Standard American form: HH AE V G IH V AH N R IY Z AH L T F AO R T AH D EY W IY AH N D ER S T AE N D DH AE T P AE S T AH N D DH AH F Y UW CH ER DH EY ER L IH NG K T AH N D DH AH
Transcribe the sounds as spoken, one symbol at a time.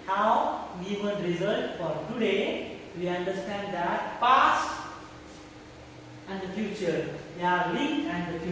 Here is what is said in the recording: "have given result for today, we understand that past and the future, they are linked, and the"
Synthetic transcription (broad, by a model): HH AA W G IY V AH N R IY Z AH L T F AO R T AH D EY W IY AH N D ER S T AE N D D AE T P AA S AH N D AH F Y UW CH ER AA L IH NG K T AH N D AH